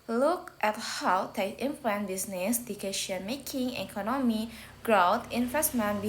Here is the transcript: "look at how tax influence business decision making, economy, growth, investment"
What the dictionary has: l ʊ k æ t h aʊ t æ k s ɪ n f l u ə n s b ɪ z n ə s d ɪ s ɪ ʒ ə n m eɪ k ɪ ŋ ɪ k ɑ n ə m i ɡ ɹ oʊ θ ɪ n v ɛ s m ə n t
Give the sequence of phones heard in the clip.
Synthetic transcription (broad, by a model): l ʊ k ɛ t h aʊ t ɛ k ɪ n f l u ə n b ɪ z n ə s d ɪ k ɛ ʃ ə n m eɪ k ɪ ŋ ɪ k ɑ n ə m i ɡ ɹ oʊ t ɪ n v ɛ s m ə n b